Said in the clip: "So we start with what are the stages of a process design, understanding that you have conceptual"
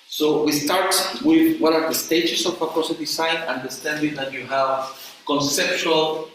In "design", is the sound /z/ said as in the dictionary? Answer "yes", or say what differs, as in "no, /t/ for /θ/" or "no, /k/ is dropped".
no, /s/ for /z/